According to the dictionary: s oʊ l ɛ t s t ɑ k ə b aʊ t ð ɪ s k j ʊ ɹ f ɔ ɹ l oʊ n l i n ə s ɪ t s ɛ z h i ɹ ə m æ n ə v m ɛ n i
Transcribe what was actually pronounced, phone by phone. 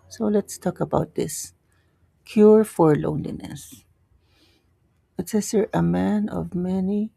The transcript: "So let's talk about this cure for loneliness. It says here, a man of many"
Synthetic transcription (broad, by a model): s oʊ l ɛ t s t ɑ k ə b aʊ t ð ɪ s k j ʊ ɹ f ɔ ɹ l oʊ n l i n ə s ɪ t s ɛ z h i ɹ ə m æ n ə v m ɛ n i